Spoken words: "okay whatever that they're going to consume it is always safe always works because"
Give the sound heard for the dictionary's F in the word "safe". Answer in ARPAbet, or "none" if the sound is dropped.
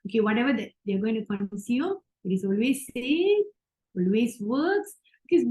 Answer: none